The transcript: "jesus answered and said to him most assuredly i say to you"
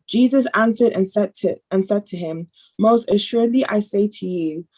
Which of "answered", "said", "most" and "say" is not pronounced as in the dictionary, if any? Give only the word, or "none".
none